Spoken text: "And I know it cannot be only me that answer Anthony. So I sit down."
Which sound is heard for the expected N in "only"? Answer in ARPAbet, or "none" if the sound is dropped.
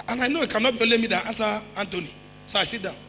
none